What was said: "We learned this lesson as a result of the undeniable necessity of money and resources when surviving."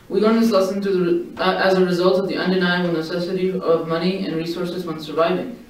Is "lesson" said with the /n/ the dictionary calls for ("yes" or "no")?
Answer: no